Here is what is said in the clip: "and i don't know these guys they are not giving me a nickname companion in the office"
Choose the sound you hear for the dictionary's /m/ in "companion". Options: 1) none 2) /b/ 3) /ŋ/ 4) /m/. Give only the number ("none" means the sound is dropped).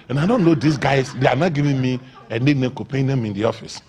1